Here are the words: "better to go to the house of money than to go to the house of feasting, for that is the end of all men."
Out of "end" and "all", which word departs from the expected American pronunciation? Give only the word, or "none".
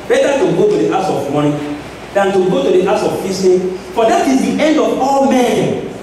none